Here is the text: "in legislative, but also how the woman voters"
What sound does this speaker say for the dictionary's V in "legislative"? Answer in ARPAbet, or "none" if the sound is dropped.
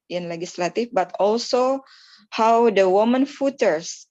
F